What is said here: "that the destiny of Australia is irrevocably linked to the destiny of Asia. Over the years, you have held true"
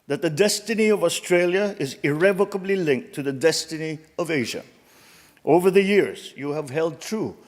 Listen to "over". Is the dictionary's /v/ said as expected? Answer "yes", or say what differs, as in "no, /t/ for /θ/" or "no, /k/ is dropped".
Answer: yes